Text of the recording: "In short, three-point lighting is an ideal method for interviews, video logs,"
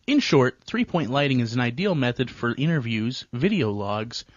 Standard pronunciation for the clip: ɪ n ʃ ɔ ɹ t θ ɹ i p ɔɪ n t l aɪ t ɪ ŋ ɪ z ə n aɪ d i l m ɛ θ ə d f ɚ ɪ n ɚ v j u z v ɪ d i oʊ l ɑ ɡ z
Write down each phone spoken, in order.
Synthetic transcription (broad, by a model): ɪ n ʃ ɔ ɹ t θ ɹ i p ɔɪ n t l aɪ t ɪ ŋ ɪ z ə n aɪ d i l m ɛ θ ə d f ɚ ɪ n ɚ v j u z v ɪ d i oʊ l ɑ ɡ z